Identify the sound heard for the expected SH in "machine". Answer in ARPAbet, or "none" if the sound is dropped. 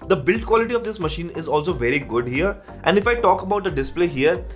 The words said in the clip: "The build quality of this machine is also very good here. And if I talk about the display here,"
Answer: SH